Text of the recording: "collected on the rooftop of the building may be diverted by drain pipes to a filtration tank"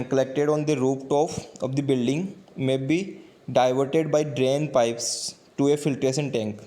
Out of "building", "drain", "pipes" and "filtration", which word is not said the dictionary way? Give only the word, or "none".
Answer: filtration